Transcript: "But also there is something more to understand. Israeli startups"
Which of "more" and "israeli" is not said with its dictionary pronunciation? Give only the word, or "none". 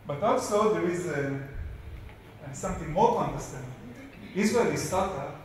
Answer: israeli